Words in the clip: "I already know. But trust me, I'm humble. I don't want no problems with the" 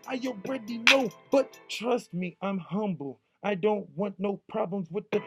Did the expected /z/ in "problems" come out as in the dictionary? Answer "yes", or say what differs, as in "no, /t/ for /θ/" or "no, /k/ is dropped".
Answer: yes